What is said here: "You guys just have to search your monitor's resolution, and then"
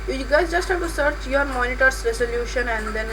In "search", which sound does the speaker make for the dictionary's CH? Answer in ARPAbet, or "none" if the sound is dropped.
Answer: CH